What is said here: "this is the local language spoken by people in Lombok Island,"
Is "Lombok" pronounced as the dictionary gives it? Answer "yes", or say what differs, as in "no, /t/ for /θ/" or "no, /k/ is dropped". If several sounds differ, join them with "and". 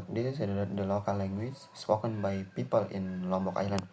yes